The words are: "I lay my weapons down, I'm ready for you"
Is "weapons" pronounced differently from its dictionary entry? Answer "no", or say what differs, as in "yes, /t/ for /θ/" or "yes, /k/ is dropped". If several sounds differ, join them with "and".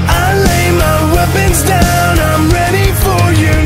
no